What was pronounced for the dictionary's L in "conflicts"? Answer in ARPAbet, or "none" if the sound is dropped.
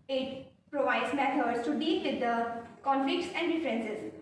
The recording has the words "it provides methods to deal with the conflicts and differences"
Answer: none